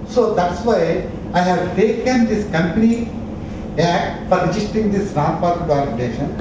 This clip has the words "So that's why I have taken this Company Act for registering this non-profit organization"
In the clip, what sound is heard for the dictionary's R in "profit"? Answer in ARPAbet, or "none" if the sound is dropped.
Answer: none